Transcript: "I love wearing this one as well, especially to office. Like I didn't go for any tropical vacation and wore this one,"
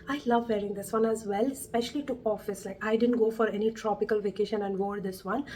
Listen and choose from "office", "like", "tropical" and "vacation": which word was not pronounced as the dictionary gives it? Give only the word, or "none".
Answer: none